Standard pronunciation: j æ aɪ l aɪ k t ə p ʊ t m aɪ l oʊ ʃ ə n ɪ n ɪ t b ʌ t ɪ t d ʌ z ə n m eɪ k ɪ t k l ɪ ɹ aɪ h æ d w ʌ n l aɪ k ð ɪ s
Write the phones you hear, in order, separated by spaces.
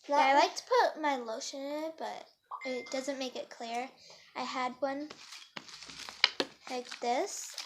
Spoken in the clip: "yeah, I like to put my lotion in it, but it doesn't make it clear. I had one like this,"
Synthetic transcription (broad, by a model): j aɪ l aɪ k t ə p ʊ t m aɪ l oʊ ʃ ə n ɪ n ɪ t b ʌ t ɪ t d ʌ z ə n m eɪ k ɪ t k l ɪ ɹ aɪ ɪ d w ʌ n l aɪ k ð ɪ s